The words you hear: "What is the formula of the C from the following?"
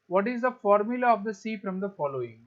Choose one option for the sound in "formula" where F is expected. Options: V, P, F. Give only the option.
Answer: F